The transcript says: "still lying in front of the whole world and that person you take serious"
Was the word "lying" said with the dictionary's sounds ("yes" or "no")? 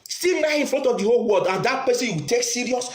no